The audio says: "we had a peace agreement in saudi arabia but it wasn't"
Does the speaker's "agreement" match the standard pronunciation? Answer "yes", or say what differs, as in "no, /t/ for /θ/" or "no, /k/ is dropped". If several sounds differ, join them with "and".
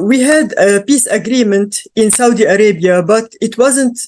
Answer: yes